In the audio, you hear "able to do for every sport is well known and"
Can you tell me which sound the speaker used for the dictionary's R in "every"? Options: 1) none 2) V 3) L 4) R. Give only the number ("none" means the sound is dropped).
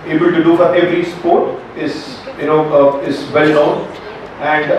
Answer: 4